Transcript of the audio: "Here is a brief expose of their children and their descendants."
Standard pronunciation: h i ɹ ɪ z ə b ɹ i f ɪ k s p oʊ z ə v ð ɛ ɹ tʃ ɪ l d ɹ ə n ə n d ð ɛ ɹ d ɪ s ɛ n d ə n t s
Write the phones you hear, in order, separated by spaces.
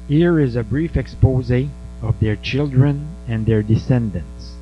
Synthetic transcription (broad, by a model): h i ɹ ɪ z ə b ɹ i f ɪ k s p oʊ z ə v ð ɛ ɹ tʃ ɪ l d ɹ ə n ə n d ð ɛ ɹ d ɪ s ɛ n d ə n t s